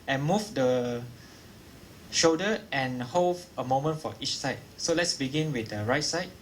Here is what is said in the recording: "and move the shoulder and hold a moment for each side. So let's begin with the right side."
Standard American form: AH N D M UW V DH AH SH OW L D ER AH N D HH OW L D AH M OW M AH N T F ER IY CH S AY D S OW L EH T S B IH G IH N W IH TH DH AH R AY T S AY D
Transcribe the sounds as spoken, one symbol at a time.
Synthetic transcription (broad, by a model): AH N M UW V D AH SH OW D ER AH N HH OW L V AH M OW M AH N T F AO IY CH S AY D S OW L EH T S B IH G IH N W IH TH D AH R AY T S AY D